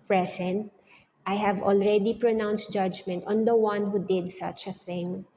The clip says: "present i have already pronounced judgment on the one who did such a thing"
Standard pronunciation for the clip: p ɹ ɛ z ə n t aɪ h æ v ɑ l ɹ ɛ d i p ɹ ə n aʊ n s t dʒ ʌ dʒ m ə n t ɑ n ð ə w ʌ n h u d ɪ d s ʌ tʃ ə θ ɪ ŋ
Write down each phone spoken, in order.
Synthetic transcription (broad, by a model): p ɹ ɛ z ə n t aɪ h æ v ɑ l ɹ ɛ d i p ɹ ə n aʊ n s t dʒ ʌ dʒ m ə n t ɑ n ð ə w ʌ n h u d ɪ d s ʌ tʃ ə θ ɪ ŋ